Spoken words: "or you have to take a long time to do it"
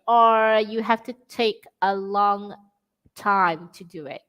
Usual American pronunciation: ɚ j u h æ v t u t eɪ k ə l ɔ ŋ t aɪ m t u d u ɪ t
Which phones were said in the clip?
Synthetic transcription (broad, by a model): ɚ j u h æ f t u t eɪ k ə l ɔ ŋ t aɪ m t u d u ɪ t